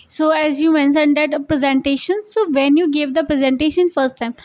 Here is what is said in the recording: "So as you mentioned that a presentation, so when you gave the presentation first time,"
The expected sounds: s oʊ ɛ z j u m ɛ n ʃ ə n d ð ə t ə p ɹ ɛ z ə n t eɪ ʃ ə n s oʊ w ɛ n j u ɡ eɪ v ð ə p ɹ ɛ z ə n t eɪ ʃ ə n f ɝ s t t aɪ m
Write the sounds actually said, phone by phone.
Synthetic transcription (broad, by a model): s oʊ ɛ z j u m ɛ n s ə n d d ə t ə p ɹ ɛ z ə n t eɪ ʃ ə n s oʊ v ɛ n j u ɡ eɪ v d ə p ɹ ɛ z ə n t eɪ ʃ ə n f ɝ s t t aɪ m